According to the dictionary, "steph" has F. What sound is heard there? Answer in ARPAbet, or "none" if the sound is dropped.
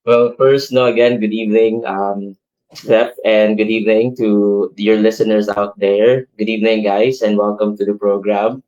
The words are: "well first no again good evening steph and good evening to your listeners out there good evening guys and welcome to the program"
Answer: P